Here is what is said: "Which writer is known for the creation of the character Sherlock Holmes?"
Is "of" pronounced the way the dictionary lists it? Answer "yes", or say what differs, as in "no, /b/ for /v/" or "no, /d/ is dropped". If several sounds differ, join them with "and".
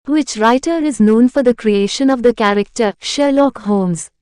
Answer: yes